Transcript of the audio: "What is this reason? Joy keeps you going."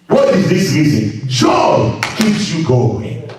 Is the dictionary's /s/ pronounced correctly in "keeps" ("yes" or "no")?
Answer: yes